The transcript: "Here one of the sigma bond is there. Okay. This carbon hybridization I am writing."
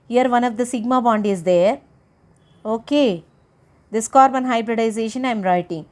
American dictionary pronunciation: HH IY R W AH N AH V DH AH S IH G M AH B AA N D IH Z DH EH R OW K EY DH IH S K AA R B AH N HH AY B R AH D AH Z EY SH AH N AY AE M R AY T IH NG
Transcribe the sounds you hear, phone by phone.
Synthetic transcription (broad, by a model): HH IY R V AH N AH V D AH S IH G M AH B AA N D IH Z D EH R OW K EY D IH S K AA R B AH N HH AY B R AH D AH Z EY SH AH N AY M R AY T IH NG